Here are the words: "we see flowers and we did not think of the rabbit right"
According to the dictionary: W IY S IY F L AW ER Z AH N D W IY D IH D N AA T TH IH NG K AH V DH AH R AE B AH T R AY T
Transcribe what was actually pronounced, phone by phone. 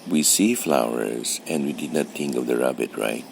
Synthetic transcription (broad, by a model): W IY S IY F L AW ER Z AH N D W IY D IH D N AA T TH IH NG K AH V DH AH R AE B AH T R AY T